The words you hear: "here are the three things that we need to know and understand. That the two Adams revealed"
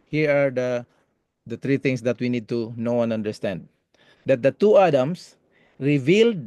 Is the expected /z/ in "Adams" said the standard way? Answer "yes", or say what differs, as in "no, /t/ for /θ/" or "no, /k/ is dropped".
no, /s/ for /z/